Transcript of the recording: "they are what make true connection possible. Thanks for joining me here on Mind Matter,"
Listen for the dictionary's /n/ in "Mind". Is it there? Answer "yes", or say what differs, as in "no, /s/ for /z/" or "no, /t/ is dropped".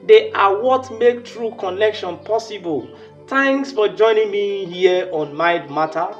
no, /n/ is dropped